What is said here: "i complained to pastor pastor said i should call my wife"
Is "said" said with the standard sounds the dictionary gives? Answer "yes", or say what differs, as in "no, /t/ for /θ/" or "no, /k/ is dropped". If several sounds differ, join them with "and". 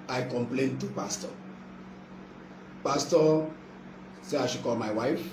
no, /d/ is dropped